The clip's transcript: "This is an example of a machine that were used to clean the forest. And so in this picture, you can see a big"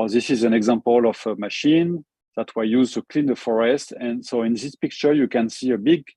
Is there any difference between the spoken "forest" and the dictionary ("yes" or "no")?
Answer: no